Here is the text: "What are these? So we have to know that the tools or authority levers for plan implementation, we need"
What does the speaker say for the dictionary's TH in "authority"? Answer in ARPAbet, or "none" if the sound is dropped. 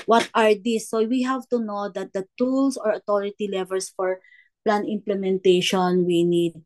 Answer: T